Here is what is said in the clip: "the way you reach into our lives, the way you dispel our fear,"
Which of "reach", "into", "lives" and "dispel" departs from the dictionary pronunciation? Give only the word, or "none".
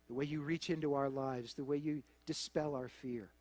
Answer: none